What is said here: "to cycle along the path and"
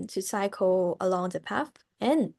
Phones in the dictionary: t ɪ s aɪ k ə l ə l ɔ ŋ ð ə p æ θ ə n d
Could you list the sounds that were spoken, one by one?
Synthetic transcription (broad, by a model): t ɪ s aɪ k ə l ə l ɔ ŋ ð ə p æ f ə n